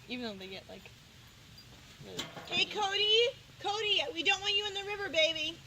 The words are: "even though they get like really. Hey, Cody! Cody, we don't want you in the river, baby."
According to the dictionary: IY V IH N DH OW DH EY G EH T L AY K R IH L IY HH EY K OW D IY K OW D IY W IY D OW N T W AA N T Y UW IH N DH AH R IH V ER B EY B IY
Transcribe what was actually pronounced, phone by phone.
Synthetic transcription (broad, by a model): IY V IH N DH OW DH EY G EH T L AY K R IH IY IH K OW D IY K OW D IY W IY D OW N T W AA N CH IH IH N DH AH R IH V ER B EY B IY